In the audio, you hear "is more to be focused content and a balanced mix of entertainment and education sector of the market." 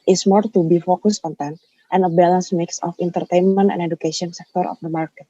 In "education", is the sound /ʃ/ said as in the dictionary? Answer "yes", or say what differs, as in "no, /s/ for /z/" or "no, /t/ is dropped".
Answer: no, /s/ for /ʃ/